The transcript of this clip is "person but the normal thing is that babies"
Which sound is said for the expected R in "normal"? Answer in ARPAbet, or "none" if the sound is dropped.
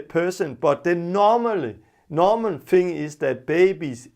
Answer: L